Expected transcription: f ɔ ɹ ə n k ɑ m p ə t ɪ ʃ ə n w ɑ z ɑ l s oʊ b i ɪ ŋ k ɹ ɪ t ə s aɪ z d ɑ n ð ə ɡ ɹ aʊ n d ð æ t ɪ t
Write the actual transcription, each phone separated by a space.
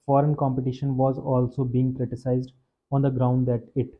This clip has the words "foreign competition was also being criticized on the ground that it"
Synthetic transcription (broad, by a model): f ɔ ɹ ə n k ɑ m p ə t ɪ ʃ ə n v ɑ z ɑ l s oʊ b i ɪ ŋ k ɹ ɪ t ə s aɪ z d ɑ n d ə ɡ ɹ aʊ n d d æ t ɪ t